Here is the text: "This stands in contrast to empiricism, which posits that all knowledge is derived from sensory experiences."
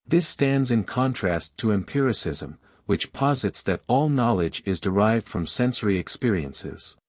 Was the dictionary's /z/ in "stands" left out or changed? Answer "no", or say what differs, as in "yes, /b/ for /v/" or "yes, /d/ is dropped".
no